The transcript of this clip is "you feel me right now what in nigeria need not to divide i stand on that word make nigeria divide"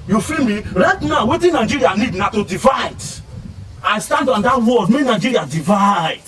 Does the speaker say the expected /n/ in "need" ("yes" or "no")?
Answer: yes